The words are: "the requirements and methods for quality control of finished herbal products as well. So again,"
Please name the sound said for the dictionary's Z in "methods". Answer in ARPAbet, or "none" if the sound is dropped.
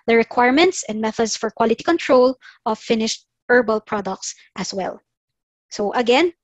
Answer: S